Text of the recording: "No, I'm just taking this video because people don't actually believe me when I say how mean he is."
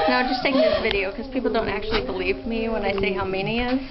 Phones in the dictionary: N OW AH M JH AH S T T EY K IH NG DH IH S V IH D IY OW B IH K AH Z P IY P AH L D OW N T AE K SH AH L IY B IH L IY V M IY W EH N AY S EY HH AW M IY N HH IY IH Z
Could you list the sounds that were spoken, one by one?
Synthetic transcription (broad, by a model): N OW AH JH AH S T T EY IH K DH IH S V IH D IY OW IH K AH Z P IY P L D OW N T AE K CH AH L IY B IH L IY V M IY W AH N AY S EY HH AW M IY N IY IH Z